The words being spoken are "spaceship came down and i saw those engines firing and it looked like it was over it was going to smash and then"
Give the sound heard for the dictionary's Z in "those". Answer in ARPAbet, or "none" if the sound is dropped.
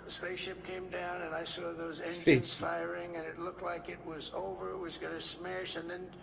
Z